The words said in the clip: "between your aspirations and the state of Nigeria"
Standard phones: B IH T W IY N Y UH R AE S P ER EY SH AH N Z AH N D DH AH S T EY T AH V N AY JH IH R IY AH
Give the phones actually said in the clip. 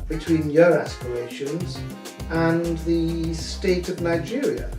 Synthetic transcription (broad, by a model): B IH T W IY N Y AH R AE S P ER EY SH AH N Z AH N DH AH S T EY T AH V N AY JH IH R IY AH